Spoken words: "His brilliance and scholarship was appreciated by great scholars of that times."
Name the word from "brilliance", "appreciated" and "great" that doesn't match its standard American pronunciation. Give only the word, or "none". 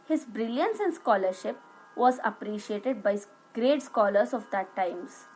none